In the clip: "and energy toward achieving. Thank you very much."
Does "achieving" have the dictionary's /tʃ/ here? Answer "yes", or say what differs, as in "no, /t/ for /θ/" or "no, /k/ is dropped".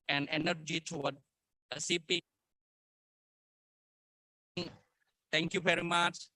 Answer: no, /s/ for /tʃ/